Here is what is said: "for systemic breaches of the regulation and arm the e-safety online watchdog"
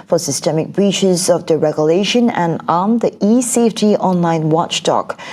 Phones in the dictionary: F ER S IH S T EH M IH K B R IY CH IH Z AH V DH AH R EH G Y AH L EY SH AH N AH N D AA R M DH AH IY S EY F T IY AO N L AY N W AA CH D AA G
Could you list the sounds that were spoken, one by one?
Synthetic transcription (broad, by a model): F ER S IH S T EH M IH K B R IY CH IH Z AH V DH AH R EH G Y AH L EY SH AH N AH N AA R M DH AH IY S EY F T IY AO N L AY N W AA CH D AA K